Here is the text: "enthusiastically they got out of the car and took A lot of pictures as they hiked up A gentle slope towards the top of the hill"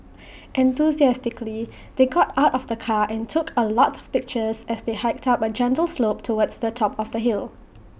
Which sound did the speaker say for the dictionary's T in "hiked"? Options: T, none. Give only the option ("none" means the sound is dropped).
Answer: T